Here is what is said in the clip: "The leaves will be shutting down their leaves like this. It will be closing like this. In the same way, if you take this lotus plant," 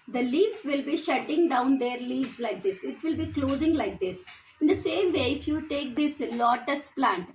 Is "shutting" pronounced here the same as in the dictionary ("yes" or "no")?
yes